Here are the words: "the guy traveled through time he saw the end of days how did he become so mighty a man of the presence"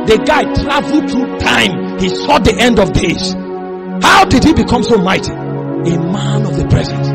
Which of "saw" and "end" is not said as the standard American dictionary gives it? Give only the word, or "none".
none